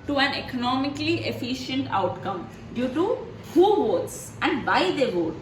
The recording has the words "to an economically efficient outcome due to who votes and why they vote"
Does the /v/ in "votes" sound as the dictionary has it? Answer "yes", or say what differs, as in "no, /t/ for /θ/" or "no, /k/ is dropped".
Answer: yes